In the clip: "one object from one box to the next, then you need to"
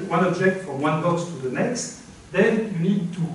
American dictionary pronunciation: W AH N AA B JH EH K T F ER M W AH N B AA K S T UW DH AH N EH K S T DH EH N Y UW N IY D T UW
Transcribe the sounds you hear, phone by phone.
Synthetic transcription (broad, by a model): W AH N AA B JH EH K T F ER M W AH N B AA S T UW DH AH N EH K S T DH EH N Y UW N IY D T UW